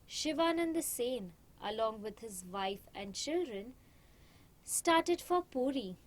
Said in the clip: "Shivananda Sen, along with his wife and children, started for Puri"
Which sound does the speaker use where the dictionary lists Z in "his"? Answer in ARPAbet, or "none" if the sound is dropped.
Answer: Z